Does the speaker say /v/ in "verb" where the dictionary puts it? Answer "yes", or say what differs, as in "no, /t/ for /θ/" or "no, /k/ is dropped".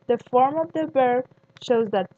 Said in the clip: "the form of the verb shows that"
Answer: no, /b/ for /v/